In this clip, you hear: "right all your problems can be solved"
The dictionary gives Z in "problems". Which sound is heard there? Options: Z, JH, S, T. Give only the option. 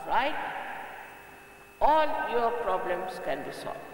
S